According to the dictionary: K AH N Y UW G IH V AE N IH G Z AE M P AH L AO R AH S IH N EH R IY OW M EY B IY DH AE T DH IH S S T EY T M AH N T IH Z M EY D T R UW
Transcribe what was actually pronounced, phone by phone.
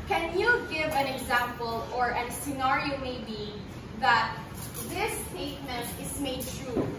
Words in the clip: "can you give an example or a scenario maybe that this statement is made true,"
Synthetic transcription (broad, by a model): K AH N Y UW G IH V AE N IH G Z AE M P AH L AO R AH S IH N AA R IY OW M EY B IY DH AE T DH IH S S T EY T M AH N T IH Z M EY D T R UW